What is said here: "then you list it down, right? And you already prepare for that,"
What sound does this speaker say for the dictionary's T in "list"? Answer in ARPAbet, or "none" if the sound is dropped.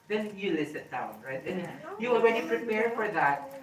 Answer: none